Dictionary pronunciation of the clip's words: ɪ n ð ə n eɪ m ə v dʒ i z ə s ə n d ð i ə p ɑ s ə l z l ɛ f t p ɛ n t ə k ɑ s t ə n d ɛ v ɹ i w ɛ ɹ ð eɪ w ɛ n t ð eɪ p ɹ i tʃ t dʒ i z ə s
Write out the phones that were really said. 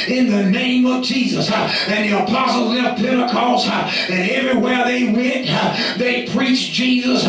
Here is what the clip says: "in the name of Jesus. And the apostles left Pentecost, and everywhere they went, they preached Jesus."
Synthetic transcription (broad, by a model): ɪ n ð ə n eɪ m ə v dʒ i z ə s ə n ð i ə p ɑ s l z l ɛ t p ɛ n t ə k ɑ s ə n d ɛ v ɹ i w ɛ ɹ ð eɪ w ɛ n t ð eɪ p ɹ i tʃ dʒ i z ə s